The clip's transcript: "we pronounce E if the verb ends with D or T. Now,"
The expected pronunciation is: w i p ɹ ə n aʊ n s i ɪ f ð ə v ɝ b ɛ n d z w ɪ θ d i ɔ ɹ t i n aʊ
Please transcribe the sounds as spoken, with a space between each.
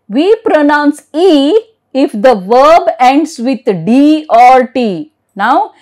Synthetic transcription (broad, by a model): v i p ɹ ə n aʊ n s i ɪ f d ə v ɝ b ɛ n d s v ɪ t d i ɔ ɹ t i n aʊ